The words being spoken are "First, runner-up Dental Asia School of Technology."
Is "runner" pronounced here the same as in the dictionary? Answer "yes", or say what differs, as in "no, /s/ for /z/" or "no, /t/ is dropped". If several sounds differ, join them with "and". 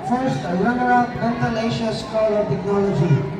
no, /l/ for /ɹ/